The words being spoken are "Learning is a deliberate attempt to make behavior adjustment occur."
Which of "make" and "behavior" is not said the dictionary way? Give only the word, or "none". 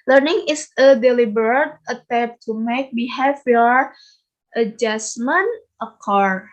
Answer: behavior